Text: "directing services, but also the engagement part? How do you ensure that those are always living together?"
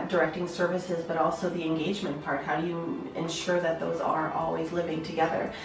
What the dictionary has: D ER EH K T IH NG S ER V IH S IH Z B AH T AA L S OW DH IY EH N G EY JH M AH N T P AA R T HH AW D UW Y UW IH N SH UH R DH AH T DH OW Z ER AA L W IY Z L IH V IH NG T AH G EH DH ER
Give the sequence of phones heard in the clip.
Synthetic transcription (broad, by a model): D ER EH K T IH NG S ER V IH S IH Z B AH T AA L S OW DH IY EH N G EY JH M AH N P AA R T HH AW D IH Y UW IH N SH UH R DH AH T DH OW Z ER AA L W IY Z L IH V IH NG T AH G EH DH ER